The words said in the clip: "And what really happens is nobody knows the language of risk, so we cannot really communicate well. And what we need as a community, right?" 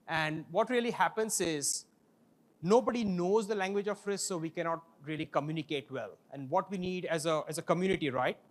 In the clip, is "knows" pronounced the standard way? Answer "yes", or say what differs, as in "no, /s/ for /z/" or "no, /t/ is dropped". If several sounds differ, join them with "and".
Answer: yes